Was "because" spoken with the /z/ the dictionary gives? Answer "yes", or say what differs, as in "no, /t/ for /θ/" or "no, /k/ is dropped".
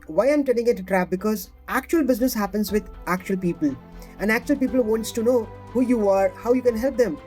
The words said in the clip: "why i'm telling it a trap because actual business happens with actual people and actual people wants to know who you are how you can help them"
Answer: yes